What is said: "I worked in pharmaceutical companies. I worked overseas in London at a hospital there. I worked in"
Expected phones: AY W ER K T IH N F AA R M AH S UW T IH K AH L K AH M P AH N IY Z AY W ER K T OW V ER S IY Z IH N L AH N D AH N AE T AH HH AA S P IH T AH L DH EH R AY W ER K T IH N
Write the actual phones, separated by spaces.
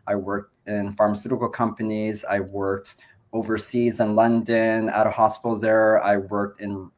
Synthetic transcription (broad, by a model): AY W ER K T IH N F AA R M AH S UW T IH K L K AH M P AH N IY Z AY W ER K T OW V ER S IY Z IH N L AH N D AH N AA T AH HH AA S P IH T L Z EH R AY W ER K T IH N